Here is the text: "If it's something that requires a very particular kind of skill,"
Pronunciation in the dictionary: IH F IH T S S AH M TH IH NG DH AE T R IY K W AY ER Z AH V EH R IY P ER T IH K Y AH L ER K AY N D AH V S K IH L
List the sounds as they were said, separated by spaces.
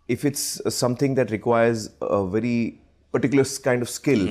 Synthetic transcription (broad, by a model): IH F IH T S S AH M T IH NG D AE T R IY K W AY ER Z AH V EH R IY P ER T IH K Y L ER K AY N D AH V S K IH L